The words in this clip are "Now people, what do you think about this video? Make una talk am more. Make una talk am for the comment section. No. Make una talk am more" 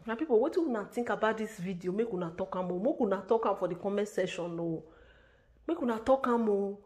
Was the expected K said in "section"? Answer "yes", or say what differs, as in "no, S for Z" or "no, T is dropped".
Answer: no, K is dropped